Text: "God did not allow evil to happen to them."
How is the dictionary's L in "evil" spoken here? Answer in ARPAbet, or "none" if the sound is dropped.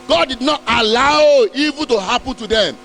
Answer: N